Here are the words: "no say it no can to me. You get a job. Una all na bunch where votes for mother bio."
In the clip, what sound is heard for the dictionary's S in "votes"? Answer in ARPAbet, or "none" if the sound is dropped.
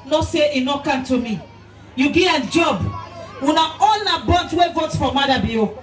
none